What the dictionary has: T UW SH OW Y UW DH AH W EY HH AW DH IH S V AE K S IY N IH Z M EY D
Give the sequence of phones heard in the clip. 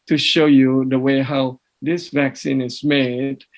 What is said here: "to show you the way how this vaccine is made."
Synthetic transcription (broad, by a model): T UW SH OW Y UW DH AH W EY HH AW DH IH S V AE K S IY N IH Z M EY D